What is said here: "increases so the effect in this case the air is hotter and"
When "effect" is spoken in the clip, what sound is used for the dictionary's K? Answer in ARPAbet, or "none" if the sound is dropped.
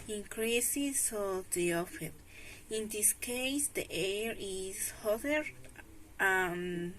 none